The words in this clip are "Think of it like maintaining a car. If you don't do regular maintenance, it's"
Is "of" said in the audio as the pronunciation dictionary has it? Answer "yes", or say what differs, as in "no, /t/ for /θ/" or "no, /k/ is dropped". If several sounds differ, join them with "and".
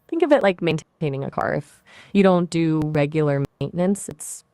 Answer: yes